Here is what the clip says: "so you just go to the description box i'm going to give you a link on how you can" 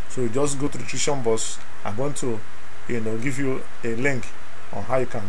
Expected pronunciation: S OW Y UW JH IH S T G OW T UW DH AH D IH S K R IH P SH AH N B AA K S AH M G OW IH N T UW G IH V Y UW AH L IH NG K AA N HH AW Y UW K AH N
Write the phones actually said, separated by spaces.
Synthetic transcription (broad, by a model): S OW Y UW JH IH S T G OW T UW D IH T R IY SH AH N B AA S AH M G OW IH N T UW G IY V Y UW AH L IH NG K AA N HH AW Y UW K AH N